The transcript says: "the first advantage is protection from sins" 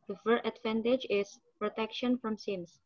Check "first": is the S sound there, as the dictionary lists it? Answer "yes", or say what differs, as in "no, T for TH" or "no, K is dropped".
no, S is dropped